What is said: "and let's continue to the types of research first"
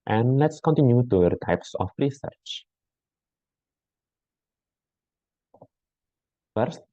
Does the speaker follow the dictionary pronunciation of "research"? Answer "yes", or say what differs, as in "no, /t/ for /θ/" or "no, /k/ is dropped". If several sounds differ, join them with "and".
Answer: yes